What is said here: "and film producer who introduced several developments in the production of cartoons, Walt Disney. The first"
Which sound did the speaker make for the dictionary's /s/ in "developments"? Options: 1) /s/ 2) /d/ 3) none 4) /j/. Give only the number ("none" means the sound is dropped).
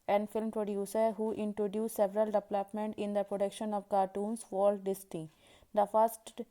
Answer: 3